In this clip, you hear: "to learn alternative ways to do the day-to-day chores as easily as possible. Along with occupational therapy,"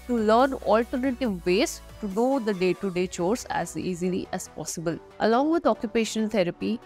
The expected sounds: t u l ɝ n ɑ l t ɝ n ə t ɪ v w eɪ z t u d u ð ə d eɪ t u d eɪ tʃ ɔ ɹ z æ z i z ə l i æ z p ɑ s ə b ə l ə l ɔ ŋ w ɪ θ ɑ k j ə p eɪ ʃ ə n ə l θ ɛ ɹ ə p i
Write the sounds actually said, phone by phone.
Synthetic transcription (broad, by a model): t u l ɝ n ɑ l t ɝ n ə t ɪ v eɪ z t u d u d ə d eɪ t u d eɪ tʃ ɔ ɹ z æ z i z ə l i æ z p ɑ s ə b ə l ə l ɔ ŋ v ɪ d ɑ k j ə p eɪ ʃ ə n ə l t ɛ ɹ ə p i